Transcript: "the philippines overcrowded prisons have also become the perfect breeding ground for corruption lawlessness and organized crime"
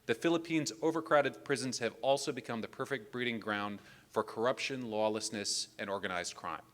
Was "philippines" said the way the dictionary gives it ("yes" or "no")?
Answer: yes